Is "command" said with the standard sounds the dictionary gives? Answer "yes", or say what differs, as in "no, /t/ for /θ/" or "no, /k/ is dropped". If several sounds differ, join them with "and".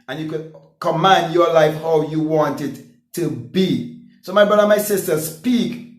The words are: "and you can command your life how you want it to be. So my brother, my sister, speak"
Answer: yes